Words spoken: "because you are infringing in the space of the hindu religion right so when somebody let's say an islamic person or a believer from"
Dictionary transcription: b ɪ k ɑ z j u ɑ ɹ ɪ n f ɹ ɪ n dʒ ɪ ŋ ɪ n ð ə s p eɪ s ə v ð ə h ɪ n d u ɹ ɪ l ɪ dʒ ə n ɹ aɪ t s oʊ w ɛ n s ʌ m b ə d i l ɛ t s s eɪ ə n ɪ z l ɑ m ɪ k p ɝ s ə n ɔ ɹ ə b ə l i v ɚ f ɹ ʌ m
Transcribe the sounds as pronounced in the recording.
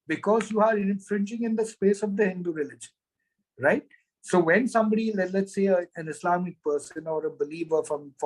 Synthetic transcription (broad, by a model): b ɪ k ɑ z j u ɑ ɹ ɪ n f ɹ ɪ n dʒ ɪ ŋ ɪ n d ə s p eɪ s ə v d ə h ɪ n d u ɹ ɪ l ɪ dʒ ə n ɹ aɪ t s oʊ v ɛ n s ʌ m b ə d i l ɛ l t s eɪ ə n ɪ s l ɑ m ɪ k p ɝ s ə n ɔ ɹ ə b ə l i v ɚ f ɹ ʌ m